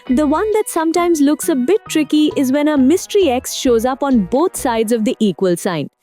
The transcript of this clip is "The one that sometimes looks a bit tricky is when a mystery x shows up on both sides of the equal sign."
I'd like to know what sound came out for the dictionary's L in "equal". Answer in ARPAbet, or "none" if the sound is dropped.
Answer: L